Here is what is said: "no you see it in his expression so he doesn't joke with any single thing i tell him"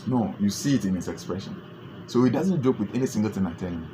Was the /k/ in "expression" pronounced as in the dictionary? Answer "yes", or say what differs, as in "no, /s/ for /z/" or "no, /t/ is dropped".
yes